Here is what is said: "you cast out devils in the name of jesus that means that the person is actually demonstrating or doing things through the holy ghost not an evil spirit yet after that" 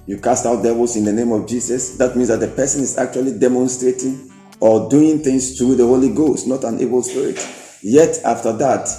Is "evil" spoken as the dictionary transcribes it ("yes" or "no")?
no